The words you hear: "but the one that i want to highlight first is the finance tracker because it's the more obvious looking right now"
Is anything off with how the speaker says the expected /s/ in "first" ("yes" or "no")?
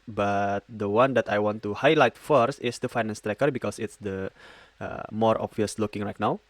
no